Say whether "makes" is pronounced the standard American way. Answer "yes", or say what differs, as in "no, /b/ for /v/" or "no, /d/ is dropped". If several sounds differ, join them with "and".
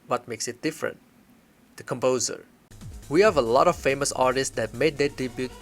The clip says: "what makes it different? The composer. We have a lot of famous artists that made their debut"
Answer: yes